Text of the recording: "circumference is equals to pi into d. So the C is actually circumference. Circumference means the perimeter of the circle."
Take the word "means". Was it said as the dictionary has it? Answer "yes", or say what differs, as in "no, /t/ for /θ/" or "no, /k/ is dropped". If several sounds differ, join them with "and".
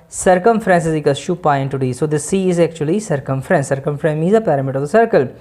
no, /n/ is dropped